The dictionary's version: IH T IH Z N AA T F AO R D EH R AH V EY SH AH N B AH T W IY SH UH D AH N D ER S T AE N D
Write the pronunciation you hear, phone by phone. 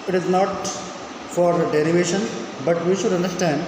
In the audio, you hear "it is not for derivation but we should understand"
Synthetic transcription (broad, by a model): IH T IH Z N AA T F AO R D EH R AH V EY SH AH N B AH T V IY SH UH D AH N D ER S T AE N D